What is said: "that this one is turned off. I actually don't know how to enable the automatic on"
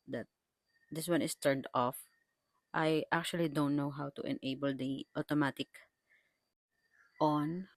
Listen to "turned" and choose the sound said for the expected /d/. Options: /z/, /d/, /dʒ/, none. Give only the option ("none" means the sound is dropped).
/d/